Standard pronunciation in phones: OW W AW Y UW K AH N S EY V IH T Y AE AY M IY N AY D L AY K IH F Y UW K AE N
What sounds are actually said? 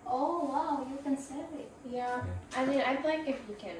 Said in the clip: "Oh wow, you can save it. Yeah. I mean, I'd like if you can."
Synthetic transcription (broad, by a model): OW W AW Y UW K AH N S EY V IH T Y AE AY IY AY D L AY K IH F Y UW K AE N